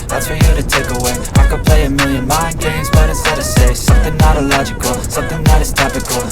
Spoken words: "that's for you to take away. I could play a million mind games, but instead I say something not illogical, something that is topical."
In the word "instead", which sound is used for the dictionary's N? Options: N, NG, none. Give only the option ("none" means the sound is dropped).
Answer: none